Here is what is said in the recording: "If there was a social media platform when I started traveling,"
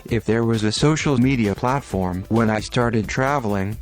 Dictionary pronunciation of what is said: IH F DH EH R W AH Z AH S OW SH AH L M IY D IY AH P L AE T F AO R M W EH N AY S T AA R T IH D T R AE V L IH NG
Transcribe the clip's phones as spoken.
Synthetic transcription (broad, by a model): IH F DH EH R W AH Z AH S OW SH L M IY D IY AH P L AE T F AO R M W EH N AY S T AA R T IH D T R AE V L IH NG